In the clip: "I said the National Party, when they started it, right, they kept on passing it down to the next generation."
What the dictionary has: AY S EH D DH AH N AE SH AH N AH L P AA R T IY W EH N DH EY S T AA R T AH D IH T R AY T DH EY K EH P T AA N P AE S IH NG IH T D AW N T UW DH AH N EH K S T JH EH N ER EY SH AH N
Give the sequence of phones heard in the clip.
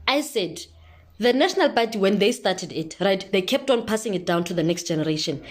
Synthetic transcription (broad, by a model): AY S EH D DH AH N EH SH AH N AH L B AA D IY W EH N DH EY S T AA T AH D IH T R AY T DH EY K EH P T AA N P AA S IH NG IH T D AW N T UW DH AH N EH K S T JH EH N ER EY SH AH N